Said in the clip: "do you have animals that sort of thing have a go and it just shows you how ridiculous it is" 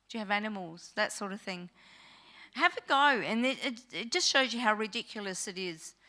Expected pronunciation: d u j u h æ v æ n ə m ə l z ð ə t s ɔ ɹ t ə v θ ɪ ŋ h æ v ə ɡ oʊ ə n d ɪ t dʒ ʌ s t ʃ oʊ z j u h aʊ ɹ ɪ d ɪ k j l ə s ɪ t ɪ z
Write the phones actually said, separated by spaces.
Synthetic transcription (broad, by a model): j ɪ v æ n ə m l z ð ə t s ɔ ɹ t ə v θ ɪ ŋ h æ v ə ɡ oʊ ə n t ɪ t dʒ ʌ s t ʃ oʊ z j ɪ h aʊ ɹ ɪ d ɪ k j l ə s ɪ t ɪ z